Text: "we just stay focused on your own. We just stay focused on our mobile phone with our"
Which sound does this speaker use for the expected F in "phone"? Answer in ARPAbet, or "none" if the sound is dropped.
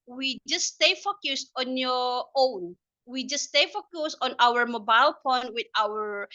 P